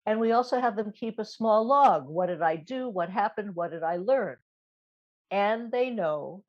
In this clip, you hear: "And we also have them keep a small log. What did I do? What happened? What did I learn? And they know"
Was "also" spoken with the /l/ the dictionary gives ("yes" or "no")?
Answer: yes